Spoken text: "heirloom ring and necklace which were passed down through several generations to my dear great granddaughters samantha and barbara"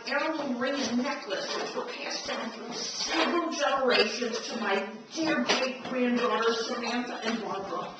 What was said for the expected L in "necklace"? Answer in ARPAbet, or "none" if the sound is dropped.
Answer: L